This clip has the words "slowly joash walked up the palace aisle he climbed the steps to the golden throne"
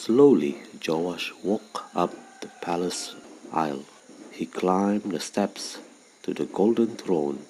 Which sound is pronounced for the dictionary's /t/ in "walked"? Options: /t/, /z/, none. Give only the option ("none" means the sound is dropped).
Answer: none